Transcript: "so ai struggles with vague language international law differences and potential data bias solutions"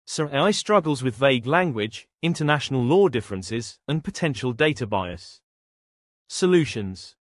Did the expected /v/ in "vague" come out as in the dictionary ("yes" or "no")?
yes